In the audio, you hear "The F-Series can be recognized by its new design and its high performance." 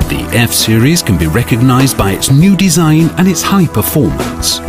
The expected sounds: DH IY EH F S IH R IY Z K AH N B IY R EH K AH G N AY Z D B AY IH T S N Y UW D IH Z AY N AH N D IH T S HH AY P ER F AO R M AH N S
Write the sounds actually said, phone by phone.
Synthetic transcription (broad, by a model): DH IY EH F S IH R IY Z K AH N B IY R EH K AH G N AY Z B AY IH T S N Y UW D IH Z AY N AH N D IH T S HH AY P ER F AO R M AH N S